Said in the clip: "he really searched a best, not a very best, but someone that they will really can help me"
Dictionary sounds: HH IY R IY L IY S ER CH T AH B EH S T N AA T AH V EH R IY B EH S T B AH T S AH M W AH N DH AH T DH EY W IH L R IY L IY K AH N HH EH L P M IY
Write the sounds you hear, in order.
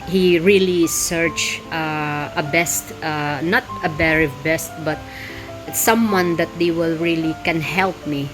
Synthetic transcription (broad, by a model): HH IY R IY L IY S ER CH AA AH B EH S T N AA T AH B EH R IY B EH S T B AH T S AH M W AH N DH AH T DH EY W IH L R IY L IY K AH N HH EH L P M IY